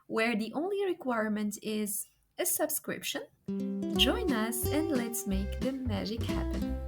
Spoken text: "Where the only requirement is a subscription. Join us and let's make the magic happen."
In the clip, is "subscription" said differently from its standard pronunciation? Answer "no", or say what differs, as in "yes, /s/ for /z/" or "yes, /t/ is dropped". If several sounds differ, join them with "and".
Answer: no